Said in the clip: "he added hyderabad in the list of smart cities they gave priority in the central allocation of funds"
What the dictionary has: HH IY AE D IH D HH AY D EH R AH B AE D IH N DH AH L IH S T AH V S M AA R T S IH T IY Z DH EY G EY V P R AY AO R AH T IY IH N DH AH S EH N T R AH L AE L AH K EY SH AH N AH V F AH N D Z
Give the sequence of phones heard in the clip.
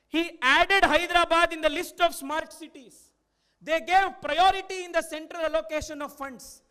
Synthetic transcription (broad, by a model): HH IY AE D IH D HH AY D R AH B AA D IH N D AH L IH S T AH V S M AA R T S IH T IY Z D EY G EY V P R AY AO R AH T IY IH N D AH S EH N T R AH L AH L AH K EY SH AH N AH V F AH N D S